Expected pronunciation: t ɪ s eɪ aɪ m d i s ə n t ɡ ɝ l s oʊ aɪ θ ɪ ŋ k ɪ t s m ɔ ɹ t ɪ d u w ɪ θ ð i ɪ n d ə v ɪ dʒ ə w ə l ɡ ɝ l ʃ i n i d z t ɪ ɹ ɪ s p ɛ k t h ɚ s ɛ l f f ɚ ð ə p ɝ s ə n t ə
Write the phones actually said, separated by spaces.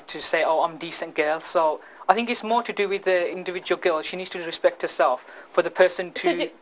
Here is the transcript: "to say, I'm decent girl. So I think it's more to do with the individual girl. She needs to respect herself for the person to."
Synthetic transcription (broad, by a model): t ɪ s eɪ aɪ m d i s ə n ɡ ɝ l s oʊ aɪ θ ɪ ŋ k ɪ t s m ɔ ɹ t ɪ d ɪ w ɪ ð i ɪ n d ə v ɪ dʒ ə w ə l ɡ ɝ l ʃ i n i d z t ɪ ɹ ɪ s p ɛ k t h ɚ s ɛ l f f ɚ ð ə p ɝ s ə n t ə